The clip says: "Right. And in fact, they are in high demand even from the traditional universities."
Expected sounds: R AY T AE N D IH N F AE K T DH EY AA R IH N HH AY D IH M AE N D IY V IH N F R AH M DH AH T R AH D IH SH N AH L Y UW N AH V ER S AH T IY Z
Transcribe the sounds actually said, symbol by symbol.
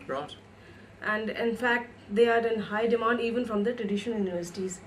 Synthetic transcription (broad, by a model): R T AE N D IH N F AE K T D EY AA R IH N HH AY D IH M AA N D IY V IH N F R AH M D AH T R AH D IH SH AH N Y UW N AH V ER S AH T IY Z